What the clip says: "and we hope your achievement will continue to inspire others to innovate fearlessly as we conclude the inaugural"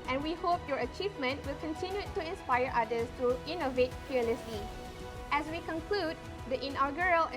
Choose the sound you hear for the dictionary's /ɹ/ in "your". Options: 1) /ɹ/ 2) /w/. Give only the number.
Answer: 1